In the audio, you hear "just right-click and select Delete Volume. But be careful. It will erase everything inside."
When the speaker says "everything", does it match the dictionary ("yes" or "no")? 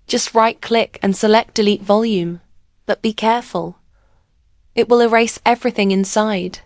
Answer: yes